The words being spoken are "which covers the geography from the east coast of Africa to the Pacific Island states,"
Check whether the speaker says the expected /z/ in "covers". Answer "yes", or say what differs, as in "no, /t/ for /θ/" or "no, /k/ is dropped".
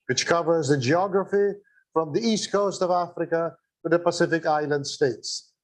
yes